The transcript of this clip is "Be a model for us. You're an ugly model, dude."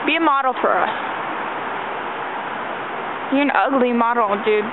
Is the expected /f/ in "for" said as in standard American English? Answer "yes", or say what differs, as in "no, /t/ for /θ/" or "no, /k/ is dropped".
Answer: no, /p/ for /f/